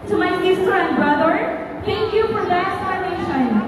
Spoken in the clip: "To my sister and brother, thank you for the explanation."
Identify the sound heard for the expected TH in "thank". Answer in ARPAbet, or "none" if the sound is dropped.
T